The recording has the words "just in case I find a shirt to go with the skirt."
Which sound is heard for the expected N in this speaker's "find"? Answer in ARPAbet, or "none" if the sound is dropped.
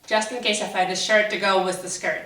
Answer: none